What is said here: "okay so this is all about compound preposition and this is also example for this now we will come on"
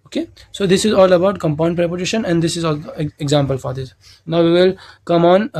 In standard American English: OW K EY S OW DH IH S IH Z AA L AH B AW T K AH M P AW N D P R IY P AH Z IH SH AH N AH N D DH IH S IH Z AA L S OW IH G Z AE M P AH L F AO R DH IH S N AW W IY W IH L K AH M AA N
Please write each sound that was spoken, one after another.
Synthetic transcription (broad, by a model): OW K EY S OW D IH S IH Z AA L AH B AW T K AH M P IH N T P R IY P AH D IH SH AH N AH N D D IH S IH Z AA L OW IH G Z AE M P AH L F AO R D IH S N AW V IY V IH L K AH M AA N